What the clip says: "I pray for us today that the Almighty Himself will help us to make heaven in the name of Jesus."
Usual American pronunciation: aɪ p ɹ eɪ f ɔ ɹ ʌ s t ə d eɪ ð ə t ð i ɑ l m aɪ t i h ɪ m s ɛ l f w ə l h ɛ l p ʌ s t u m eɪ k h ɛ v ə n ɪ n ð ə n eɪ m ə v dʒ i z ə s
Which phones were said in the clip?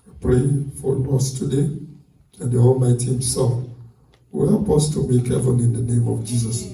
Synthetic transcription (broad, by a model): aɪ p ɹ eɪ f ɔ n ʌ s t ə d eɪ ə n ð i ɑ l m aɪ t i h ɪ m s ɛ l f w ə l h ɛ l p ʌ s t u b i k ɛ f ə l ɪ n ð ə n eɪ m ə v dʒ i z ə s